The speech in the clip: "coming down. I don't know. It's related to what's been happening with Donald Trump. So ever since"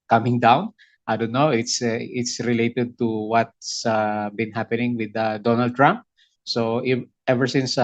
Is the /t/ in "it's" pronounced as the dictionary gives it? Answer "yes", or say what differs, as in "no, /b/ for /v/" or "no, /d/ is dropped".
yes